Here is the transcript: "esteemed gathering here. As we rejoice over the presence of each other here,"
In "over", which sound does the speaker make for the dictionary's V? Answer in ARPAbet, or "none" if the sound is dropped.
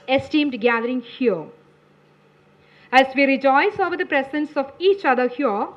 V